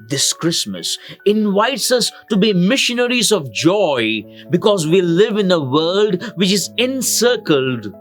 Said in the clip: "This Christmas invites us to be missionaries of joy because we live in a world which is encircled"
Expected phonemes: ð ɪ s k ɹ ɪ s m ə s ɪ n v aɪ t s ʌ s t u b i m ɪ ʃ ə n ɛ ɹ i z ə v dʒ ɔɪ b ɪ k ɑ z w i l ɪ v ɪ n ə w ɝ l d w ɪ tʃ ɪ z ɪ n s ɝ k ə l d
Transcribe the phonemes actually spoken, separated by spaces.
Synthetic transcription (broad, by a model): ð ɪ s k ɹ ɪ s m ə s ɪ n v aɪ t s ʌ s t u b i m ɪ ʃ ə n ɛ ɹ i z ə v dʒ ɔɪ b ɪ k ɑ z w i l ɪ v ɪ n ə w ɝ l d w ɪ tʃ ɪ z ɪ n s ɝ k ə l d